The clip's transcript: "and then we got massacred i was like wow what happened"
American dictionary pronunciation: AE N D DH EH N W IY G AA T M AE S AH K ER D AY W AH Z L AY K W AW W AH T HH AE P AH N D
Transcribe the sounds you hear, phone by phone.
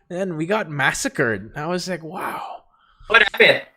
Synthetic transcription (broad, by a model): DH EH N W IY G AA T M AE S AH K ER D AY W AH Z L AY K W AW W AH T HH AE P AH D